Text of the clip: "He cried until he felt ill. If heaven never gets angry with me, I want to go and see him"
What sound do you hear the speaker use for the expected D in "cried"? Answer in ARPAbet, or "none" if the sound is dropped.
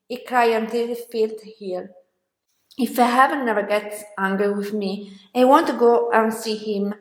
none